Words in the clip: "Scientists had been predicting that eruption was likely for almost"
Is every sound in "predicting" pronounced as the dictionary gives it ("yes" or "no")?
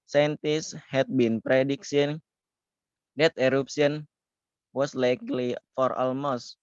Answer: no